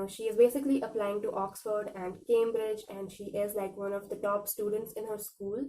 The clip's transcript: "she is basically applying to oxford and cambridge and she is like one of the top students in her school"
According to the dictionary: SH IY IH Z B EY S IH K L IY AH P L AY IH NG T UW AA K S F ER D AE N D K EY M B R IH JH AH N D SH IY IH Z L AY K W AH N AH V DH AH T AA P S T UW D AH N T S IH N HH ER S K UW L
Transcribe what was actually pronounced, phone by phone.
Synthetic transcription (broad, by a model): SH IY IH Z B EY S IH K L IY AH P L AY IH NG T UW AA K S F ER D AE N D K EY M B R IH JH AH N D SH IY IH Z L AY K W AH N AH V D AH T AA P S T UW D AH N T S IH N HH ER S K UW L